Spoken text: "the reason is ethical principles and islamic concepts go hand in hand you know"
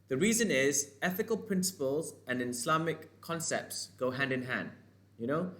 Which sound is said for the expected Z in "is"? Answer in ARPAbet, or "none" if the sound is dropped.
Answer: Z